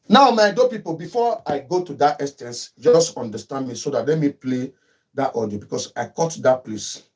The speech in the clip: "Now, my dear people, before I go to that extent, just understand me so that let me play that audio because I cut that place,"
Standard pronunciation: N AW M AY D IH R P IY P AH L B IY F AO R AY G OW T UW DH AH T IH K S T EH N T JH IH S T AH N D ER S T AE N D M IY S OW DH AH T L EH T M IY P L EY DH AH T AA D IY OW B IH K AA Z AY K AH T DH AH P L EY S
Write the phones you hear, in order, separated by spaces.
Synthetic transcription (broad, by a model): N AW M AY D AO P IY P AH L B IY F AO AY G OW T UW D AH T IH S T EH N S JH IH S T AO N D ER S T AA N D M IY S OW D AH T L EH M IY P L EY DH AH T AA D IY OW B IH K AA S AY K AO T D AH P L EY S